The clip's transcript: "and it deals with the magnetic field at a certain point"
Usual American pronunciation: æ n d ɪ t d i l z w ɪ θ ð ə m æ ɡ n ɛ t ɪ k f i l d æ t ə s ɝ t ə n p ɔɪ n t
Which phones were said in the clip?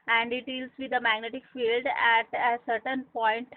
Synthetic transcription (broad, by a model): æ n d ɪ t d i l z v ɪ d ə m æ ɡ n ɛ t ɪ k f i l d æ t ə s ɝ t ə n p ɔɪ n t